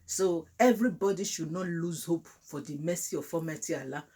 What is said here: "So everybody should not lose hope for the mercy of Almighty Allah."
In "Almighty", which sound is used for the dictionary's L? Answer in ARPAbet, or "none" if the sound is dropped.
none